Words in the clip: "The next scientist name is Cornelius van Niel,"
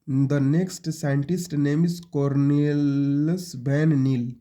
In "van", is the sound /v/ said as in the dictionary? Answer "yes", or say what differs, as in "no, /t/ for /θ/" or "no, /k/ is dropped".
no, /b/ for /v/